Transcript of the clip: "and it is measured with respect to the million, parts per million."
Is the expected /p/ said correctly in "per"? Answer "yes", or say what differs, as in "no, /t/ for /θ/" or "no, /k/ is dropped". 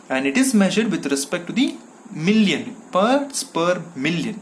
yes